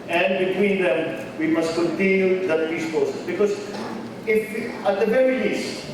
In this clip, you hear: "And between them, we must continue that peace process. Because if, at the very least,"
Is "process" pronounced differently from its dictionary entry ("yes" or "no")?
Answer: yes